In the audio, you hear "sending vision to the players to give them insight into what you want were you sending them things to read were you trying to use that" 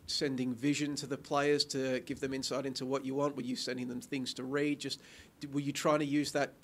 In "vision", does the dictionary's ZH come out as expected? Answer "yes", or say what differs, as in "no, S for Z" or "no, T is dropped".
yes